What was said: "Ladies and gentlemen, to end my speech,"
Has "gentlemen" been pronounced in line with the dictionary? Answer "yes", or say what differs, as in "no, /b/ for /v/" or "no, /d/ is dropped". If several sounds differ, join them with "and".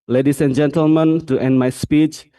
yes